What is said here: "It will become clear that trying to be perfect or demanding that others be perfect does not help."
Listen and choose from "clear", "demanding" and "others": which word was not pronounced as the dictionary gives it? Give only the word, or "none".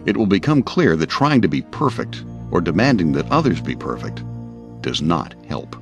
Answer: none